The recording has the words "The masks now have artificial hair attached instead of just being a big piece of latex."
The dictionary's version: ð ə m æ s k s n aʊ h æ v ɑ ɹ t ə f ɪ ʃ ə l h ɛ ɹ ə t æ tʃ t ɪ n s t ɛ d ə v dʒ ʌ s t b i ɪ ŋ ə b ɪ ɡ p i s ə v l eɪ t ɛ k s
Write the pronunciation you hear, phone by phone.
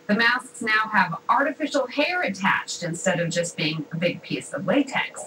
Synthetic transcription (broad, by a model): ð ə m æ s k s n aʊ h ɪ v ɑ ɹ t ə f ɪ ʃ l h ɛ ɹ ə t æ tʃ t ɪ n s t ɛ d ə v dʒ ʌ s b i ɪ ŋ ə b ɪ ɡ p i s ə v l eɪ t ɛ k s